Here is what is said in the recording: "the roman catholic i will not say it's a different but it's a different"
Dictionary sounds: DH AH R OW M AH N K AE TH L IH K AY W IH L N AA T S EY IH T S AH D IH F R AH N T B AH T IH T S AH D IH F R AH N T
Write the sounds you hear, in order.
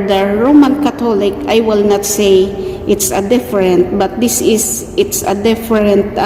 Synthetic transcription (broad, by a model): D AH R OW M AH N K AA T L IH K AY W IH L N AA T S EY IH T S AH D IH F R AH N T B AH T IH T S AH D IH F R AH N T